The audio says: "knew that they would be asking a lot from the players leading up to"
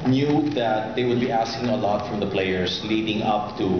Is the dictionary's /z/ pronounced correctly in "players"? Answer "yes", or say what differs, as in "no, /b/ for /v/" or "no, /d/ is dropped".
no, /s/ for /z/